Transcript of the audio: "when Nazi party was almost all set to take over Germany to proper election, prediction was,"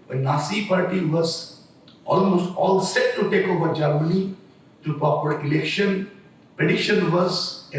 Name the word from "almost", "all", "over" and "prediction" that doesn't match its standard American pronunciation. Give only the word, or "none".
prediction